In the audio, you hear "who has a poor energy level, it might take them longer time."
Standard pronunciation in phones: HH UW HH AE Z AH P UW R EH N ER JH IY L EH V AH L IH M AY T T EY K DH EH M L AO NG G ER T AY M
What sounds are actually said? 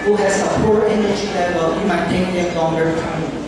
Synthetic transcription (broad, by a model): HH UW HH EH S AH P UW R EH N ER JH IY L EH W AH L IH M AY T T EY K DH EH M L AO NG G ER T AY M